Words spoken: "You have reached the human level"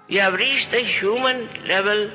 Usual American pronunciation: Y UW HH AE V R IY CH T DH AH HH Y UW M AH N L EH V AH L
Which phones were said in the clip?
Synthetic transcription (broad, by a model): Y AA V R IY SH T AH HH Y UW M AH N L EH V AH L